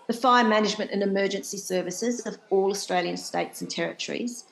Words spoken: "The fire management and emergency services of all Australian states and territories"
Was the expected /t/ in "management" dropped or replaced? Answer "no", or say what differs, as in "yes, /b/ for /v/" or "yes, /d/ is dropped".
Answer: no